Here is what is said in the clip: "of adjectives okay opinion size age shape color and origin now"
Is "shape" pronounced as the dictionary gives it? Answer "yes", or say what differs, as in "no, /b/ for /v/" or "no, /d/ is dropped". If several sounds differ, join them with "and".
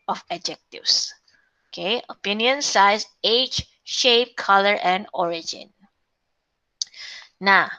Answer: yes